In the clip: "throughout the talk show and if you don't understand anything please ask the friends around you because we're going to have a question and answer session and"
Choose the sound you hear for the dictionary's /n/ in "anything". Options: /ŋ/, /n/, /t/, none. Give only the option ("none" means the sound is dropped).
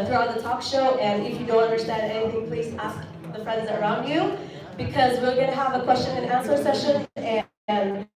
none